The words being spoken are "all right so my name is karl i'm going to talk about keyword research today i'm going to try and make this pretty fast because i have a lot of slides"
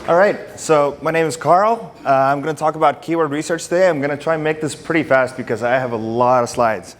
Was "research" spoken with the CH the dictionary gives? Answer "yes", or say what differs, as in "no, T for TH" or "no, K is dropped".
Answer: yes